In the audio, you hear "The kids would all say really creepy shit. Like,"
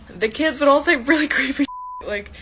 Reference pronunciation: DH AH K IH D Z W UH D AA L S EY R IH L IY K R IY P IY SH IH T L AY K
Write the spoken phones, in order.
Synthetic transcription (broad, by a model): DH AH K IH D Z W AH D AA L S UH R IH L IY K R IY IY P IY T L AY K